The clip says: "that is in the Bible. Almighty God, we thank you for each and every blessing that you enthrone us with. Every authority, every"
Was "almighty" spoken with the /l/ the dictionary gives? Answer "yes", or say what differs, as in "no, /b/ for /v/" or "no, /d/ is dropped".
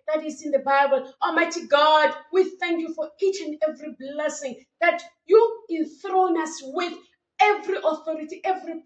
no, /l/ is dropped